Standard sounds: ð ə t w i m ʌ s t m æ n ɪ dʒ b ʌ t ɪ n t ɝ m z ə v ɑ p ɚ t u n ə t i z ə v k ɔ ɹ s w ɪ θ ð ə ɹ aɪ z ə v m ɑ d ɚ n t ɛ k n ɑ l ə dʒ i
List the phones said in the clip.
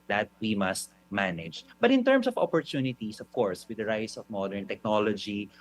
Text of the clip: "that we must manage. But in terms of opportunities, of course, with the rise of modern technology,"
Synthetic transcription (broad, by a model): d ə t w i m ʌ s t m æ n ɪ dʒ b ʌ t ɪ n t ɝ m s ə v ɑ p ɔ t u n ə t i s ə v k ɔ ɹ s w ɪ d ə ɹ aɪ s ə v m ɑ d ɚ n t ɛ k n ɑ l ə dʒ i